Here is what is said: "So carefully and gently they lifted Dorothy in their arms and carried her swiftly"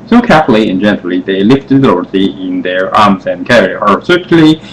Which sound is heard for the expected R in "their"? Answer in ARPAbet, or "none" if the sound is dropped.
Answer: R